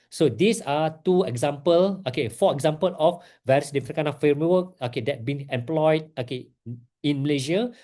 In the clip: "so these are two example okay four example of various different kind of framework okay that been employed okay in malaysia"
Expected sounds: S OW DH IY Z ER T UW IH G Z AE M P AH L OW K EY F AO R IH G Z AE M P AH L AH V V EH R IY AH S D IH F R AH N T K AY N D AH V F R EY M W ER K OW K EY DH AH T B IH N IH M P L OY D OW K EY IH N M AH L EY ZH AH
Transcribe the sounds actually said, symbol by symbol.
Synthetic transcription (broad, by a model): S OW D IY S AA T UW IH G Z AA M P AH L OW K EY F AO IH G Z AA M P AH L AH F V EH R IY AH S D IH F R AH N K AY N AH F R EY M W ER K OW K EY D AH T B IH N IH M P L OY D OW K EY IH N M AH L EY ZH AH